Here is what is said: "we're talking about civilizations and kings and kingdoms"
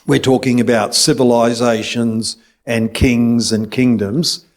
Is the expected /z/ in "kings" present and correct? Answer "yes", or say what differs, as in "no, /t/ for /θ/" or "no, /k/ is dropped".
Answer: yes